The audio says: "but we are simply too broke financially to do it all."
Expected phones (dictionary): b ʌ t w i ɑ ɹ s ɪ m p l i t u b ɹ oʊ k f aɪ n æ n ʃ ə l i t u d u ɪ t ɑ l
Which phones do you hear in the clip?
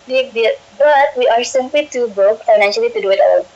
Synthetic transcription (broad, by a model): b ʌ t w i ɑ ɹ s ɪ m p l i t u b oʊ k f aɪ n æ n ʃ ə l i t u d u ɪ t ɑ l